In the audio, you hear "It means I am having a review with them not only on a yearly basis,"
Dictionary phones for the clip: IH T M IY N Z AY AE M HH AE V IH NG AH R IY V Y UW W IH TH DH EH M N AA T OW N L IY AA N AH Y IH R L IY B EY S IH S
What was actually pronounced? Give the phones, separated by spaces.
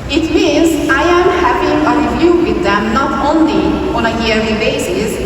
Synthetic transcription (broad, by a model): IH T M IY N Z AY AE M HH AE P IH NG AH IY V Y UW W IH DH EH M N AA T OW N L IY AA N AH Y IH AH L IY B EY S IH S